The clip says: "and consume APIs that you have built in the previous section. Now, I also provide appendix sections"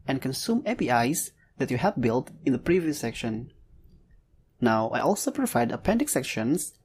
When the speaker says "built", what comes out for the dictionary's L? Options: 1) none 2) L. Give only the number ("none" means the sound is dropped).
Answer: 2